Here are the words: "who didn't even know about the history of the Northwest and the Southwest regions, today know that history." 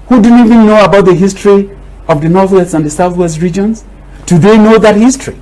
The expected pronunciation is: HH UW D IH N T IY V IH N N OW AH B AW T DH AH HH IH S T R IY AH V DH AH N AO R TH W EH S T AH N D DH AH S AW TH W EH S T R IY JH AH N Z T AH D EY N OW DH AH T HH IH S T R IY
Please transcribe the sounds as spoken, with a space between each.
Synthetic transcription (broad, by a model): HH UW D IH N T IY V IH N N OW AH B AW T DH AH HH IH S T R IY AH V DH AH N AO R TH W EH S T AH N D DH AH S AW TH W EH S T R IY JH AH N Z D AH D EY N OW DH AH T HH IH S T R IY